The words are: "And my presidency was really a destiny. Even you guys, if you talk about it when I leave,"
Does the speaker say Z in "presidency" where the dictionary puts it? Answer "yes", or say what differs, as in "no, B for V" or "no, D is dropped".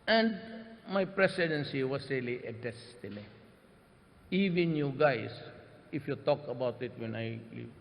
no, S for Z